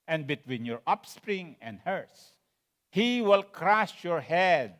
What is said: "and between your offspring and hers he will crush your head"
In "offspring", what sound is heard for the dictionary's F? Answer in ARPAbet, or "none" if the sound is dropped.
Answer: P